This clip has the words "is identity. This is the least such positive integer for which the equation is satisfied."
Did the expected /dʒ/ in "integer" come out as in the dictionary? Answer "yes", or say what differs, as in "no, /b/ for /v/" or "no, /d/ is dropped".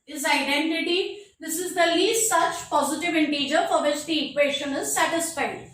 yes